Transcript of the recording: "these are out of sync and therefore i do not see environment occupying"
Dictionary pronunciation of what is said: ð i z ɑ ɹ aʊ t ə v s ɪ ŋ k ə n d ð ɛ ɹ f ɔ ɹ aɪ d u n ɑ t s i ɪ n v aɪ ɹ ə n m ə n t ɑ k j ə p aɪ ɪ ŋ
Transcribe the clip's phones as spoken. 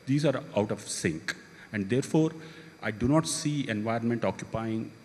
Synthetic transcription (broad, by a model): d i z ɑ ɹ aʊ t ə v s ɪ ŋ k ə n d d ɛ ɹ f ɔ ɹ aɪ d u n ɑ t s i ɪ n v aɪ ɹ ə n m ə n t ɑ k j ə p aɪ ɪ ŋ